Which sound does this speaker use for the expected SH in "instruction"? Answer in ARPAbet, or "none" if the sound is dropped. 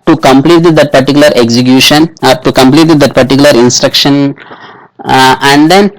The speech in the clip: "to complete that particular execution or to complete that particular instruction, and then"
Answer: SH